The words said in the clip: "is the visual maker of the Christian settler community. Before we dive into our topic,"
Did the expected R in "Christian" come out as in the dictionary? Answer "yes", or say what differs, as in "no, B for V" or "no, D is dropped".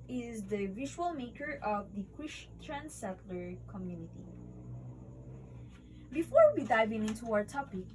no, W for R